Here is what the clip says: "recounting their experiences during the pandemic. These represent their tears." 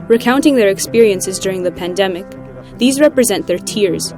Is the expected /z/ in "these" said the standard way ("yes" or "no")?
yes